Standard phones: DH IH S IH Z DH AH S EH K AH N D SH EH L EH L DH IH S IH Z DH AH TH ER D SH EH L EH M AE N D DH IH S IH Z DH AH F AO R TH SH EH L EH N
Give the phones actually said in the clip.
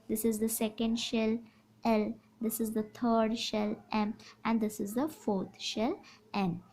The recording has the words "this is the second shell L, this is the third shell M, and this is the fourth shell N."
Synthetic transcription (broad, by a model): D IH S IH Z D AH S EH K AH N D SH EH L EH L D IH S IH Z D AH T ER D SH EH L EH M AE N D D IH S IH Z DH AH F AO R T SH EH L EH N